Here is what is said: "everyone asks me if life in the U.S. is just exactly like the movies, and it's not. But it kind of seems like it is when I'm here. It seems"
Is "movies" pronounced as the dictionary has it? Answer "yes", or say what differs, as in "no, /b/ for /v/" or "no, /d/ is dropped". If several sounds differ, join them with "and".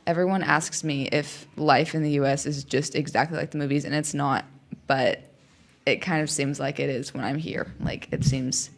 yes